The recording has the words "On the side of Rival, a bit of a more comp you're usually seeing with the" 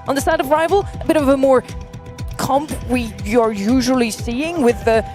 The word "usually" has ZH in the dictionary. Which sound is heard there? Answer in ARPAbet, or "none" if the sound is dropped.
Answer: ZH